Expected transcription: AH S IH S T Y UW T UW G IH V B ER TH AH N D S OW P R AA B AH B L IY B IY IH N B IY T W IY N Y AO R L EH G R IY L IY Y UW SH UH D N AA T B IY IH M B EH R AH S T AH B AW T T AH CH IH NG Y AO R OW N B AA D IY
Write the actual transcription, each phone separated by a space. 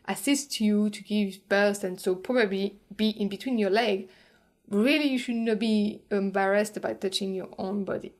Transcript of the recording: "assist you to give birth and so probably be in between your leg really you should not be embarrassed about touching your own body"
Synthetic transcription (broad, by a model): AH S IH S T Y UW T UW G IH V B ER T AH N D S OW P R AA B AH B L IY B IY IH N B IY T W IY N Y AO R L EH G R IY L IY Y UW SH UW D N AA T B IY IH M B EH R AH S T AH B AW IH T AH CH IH NG Y AO R OW N B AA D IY